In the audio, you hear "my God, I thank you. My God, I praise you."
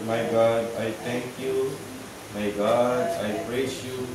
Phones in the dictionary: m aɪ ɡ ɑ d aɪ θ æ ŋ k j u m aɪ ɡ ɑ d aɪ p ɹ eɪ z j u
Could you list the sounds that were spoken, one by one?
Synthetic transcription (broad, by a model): m aɪ ɡ ɑ d aɪ t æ ŋ k j u m aɪ ɡ ɑ d aɪ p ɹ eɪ s j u